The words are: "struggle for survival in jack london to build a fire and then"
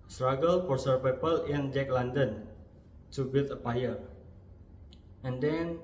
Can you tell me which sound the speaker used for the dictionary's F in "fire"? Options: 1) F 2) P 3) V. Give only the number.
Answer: 2